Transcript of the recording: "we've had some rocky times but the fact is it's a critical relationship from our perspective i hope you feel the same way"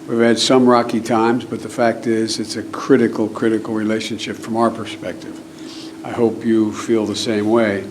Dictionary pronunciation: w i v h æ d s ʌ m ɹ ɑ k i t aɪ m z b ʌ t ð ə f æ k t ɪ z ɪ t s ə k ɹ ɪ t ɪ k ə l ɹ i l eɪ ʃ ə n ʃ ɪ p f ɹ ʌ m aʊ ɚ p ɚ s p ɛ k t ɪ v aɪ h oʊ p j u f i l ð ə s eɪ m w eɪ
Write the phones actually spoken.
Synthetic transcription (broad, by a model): w i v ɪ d s ʌ m ɹ ɑ k i t aɪ m z b ʌ t ð ə f æ k t ɪ z ɪ t s ə k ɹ ɪ t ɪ k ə l ɹ i l eɪ ʃ ə n ʃ ɪ p f ɹ ʌ m aʊ ɚ p ɚ s p ɛ k t ɪ v aɪ h oʊ p j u f i l ð ə s eɪ m w eɪ